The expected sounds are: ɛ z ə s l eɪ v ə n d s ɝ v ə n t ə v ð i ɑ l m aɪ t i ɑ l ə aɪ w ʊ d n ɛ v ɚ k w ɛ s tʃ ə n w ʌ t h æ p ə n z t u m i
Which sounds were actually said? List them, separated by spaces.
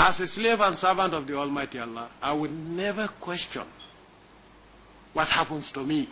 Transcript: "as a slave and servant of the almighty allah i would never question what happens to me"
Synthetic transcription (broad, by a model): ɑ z ə s l eɪ v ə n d s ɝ v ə n t ə v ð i ɑ l m aɪ t i ɑ l ə aɪ w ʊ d n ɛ v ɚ k w ɛ s tʃ ə n w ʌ t h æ p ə n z t u m i